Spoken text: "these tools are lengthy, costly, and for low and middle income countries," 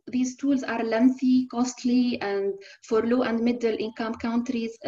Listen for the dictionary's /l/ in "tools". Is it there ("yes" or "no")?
yes